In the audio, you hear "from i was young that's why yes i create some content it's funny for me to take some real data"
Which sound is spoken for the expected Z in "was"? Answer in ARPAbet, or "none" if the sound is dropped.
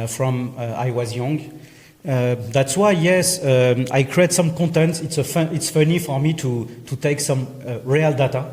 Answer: Z